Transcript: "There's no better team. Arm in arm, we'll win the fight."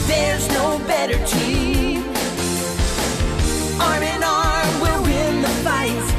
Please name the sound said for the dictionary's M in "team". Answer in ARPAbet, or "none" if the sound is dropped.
none